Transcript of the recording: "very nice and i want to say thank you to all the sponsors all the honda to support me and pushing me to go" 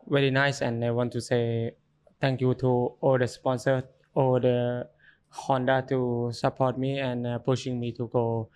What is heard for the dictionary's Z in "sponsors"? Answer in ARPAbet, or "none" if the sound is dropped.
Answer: none